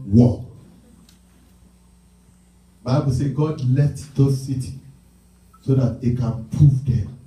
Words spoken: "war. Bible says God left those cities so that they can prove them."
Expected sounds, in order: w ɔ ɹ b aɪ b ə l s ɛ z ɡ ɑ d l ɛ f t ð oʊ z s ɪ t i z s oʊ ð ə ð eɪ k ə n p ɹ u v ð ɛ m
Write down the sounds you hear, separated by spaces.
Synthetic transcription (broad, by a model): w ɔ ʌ b aɪ b ə l s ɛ ɡ ɑ d l ɛ f t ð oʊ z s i t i s oʊ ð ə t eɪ k ə n p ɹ u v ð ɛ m